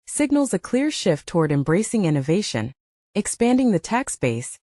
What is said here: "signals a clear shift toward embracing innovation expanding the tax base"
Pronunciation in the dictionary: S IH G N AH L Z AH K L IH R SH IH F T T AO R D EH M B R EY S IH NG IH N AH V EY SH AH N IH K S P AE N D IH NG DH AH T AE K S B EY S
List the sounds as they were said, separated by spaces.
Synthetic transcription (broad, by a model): S IH G N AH L Z AH K L IH R SH IH F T T AO R D EH M B R EY S IH NG IH N AH V EY SH AH N IH K S P AE N D IH NG DH AH T AE K S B EY S